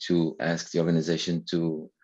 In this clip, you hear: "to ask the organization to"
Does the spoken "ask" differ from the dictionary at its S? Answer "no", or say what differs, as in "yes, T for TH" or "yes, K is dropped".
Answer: no